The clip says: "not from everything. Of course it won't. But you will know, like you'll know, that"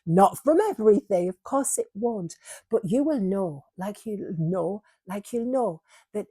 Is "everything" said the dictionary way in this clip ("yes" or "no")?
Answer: yes